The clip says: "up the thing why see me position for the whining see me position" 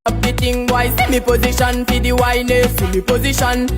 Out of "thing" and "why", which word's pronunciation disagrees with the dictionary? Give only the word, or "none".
thing